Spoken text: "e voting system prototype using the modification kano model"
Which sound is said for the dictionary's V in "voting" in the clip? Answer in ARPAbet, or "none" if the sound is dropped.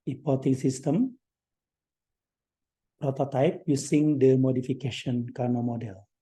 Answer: P